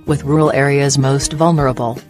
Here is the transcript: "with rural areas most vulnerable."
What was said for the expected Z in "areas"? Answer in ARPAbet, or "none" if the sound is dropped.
Z